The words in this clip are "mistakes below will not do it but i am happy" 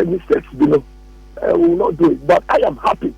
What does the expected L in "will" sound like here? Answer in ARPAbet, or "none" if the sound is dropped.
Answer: W